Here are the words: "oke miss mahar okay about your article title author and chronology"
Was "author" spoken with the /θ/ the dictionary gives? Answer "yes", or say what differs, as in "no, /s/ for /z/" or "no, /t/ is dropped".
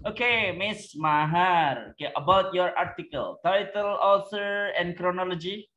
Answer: no, /s/ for /θ/